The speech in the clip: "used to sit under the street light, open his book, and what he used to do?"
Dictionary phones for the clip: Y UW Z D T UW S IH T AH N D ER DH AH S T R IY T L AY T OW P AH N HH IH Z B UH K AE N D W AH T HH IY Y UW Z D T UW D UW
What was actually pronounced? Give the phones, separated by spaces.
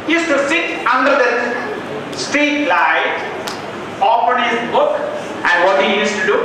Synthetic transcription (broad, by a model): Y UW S T UW S IH T AH N D ER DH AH S T IY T L AY T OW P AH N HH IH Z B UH K AE N D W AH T HH IY Y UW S T UW D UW